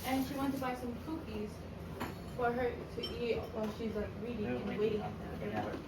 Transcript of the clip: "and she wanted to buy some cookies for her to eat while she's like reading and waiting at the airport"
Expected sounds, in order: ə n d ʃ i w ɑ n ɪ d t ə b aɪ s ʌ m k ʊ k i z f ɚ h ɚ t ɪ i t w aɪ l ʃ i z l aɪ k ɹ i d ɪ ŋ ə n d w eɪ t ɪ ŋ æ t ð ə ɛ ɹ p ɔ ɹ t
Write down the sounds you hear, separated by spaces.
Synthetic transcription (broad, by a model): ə n ʃ i w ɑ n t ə b aɪ s ʌ m k ʊ k i z f ɚ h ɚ t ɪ i t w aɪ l ʃ i z l aɪ k ɹ i d ɪ ŋ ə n w eɪ t ɪ ŋ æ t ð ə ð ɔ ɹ